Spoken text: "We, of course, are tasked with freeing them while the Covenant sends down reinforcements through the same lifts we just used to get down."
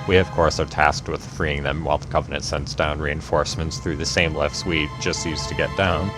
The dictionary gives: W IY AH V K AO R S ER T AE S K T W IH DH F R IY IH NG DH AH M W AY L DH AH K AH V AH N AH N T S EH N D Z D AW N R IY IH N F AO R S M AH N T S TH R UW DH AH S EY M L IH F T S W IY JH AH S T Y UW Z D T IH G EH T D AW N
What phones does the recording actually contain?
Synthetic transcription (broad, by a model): W IY AH V K AO R S ER T AE S K T W IH DH F R IY IH NG DH AH M W AY L DH AH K AH V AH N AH N T S EH N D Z D AW N R IY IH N F AO R S M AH N T S TH R UW DH AH S EY M L IH F T S W IY JH AH S T Y UW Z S T IH G EH T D AW N